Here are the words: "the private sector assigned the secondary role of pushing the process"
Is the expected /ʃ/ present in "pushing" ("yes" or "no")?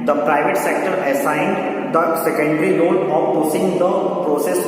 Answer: no